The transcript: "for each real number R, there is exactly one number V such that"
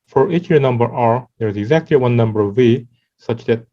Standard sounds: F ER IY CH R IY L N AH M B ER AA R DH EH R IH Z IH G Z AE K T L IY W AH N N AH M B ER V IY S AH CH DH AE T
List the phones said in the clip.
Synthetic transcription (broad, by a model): F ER IY CH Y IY N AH M B ER AA R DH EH R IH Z IH G Z AE K T L IY W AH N N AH M B ER V IY S AH CH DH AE T